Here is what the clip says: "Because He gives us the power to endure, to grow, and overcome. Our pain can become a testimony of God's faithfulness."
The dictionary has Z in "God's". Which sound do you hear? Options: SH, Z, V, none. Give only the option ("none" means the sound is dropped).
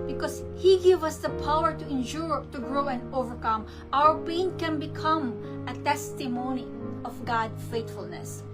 none